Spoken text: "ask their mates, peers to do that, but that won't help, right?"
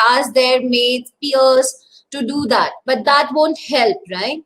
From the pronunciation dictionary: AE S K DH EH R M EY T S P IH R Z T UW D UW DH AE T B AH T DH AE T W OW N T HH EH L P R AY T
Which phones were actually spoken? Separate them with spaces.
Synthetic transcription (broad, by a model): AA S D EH R M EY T P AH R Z T UW D UW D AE T B AH T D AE T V OW N T HH EH L P R AY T